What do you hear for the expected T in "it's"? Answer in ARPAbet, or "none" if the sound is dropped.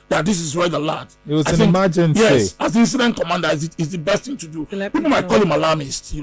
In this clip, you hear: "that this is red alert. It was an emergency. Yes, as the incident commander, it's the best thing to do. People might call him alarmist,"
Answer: S